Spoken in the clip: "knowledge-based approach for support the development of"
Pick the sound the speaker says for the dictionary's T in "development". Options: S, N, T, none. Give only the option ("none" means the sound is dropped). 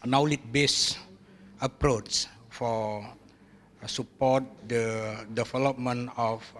none